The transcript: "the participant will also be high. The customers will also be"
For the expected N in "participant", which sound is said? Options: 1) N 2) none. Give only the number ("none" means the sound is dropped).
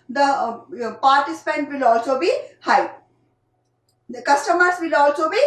1